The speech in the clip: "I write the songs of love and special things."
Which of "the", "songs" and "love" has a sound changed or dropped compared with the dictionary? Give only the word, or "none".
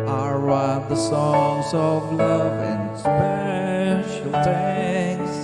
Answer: none